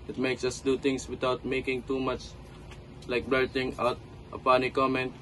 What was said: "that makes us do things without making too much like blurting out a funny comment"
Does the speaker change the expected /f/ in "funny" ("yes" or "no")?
yes